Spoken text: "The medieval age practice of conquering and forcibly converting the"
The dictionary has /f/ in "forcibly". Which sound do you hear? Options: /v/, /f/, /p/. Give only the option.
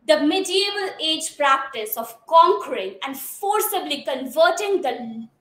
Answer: /f/